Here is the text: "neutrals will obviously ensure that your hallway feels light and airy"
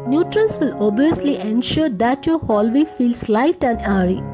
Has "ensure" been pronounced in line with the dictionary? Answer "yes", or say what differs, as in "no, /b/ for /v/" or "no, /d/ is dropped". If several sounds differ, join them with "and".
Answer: yes